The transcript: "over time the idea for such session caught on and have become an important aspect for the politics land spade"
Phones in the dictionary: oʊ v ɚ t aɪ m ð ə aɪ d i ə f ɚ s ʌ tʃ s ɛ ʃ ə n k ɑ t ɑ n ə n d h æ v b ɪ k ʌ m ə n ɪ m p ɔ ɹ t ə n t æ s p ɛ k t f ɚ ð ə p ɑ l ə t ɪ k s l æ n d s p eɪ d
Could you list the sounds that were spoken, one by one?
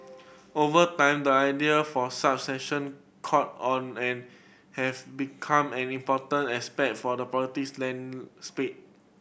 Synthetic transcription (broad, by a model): oʊ v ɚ t aɪ m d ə aɪ d i ə f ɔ s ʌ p s ɛ ʃ ə n k ɑ t ɑ n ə n h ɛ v b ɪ k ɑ m ə n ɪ m p ɔ t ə n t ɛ s p ɛ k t f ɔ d ə p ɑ ə t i s l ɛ n s p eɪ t